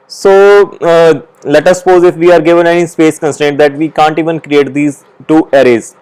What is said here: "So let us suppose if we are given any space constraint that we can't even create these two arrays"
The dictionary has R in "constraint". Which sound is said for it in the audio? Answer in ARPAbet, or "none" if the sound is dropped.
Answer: none